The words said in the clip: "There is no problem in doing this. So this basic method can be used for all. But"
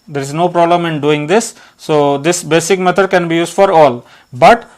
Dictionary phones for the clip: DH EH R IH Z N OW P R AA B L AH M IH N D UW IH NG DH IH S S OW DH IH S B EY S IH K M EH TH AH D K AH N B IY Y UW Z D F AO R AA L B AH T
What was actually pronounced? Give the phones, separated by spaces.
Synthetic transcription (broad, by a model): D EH R IH Z N OW P R AA B L AH M IH N D UW IH NG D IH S S OW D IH S B EY S IH K M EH T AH D K AH N B IY Y UW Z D F AO R AA L B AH T